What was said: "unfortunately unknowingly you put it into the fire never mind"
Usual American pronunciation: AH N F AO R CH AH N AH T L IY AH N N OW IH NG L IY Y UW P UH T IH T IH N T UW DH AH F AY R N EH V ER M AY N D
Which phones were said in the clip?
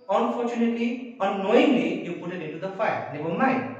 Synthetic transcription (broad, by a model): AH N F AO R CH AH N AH T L IY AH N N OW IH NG L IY Y UW P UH T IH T IH N T UW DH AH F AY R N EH B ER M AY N